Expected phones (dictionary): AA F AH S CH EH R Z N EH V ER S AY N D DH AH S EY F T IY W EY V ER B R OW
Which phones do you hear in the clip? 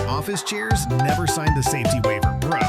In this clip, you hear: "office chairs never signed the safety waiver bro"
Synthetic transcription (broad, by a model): AA F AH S CH EH R Z N EH V ER S AY N DH AH S EY F T IY W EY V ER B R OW